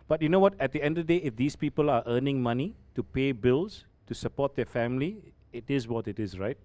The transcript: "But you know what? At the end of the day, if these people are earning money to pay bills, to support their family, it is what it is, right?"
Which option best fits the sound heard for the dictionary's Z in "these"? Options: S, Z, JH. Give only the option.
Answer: S